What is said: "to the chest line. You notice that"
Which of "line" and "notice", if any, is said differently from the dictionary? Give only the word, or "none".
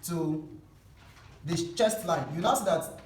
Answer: notice